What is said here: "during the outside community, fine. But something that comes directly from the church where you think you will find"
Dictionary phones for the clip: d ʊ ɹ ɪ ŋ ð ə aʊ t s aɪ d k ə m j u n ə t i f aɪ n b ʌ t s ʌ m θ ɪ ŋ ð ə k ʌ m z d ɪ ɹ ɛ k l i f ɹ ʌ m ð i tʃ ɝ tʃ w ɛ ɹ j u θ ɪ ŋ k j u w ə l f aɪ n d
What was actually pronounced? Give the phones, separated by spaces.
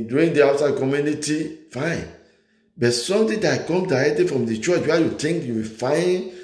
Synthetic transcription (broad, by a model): d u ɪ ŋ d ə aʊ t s aɪ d k ə m j u n ə t i f aɪ n b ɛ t s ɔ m t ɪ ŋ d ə k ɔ m d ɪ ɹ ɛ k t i f ɹ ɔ m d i tʃ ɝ tʃ w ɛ j u t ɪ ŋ k j u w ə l f aɪ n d